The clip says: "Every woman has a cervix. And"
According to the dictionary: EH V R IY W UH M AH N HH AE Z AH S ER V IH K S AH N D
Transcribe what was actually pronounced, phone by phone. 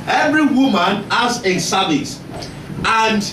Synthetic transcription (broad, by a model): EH V R IY W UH M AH N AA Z AH S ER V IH S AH N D